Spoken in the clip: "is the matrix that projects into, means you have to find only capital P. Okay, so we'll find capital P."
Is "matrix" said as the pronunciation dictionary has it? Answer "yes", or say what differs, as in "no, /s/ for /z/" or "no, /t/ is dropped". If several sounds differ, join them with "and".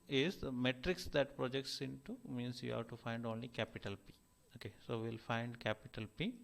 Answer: yes